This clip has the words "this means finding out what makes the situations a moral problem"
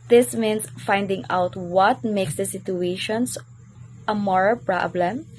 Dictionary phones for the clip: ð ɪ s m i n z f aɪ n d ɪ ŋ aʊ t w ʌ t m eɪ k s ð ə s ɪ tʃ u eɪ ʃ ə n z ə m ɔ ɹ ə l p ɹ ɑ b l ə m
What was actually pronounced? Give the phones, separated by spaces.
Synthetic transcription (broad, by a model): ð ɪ s m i n s f aɪ n d ɪ ŋ aʊ t w ʌ t m eɪ k s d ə s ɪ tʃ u eɪ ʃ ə n s ə m ɔ ɹ ə l p ɹ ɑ b l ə m